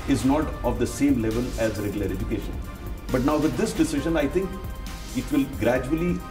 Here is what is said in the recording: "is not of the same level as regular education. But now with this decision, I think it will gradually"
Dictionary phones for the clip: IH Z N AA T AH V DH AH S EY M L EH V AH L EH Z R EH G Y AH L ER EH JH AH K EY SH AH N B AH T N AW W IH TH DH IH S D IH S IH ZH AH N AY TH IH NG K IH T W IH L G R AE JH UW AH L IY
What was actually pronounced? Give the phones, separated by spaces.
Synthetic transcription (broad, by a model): IH Z N AA T AH V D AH S EY M L EH V AH L EH Z R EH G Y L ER EH JH AH K EY SH AH N B AH T N AW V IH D IH S D IH S IH ZH AH N AY T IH NG K IH T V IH L G R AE JH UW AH L IY